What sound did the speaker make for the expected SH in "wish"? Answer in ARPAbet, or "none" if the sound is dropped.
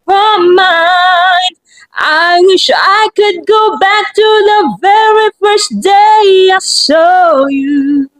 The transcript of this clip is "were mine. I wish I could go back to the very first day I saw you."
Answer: SH